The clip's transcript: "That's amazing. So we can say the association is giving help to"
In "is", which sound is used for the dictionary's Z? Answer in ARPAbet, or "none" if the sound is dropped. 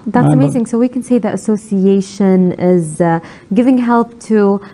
Z